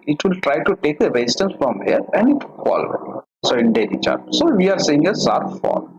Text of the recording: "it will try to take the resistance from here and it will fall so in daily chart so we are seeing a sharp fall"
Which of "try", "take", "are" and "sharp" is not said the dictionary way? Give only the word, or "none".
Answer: sharp